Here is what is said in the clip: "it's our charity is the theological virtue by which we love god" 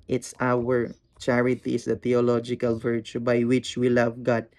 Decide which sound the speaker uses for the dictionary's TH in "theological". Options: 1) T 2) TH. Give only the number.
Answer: 1